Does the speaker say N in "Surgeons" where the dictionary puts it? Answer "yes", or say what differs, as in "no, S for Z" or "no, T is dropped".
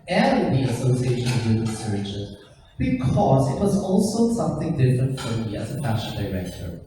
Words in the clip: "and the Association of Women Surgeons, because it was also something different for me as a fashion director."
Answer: no, N is dropped